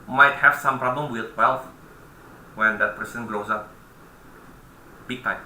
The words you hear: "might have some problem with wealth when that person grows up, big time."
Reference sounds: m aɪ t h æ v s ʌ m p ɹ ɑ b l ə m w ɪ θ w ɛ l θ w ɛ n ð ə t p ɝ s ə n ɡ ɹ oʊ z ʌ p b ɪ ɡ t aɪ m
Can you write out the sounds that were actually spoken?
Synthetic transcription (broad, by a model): m aɪ t h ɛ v s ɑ m p ɹ ɑ b l ə m w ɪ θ w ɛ l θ w ɛ n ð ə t p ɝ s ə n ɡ l oʊ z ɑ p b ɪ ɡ t aɪ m